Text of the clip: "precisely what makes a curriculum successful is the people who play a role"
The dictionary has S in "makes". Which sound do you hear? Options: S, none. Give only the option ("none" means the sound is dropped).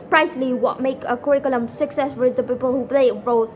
none